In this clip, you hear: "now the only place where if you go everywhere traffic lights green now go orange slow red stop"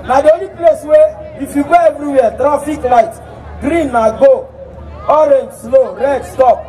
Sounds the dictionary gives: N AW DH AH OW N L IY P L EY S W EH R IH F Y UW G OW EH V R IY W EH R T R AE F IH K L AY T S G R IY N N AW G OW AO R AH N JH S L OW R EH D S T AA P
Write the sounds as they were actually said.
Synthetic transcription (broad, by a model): N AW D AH OW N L IY P L EY S W EH IH F Y UW G OW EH V R IY W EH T R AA F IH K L AY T G R IY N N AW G OW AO R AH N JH S L OW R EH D S T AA P